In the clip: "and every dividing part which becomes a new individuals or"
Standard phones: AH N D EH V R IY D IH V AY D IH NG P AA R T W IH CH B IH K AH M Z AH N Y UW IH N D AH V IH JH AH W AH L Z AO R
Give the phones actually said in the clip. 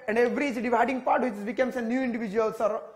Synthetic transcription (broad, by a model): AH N D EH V R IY D IH V AY D IH NG P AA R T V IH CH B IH K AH M S AH N Y UW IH N D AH V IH JH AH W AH L S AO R